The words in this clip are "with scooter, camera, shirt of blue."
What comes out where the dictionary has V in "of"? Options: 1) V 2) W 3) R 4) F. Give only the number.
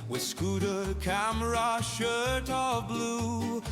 1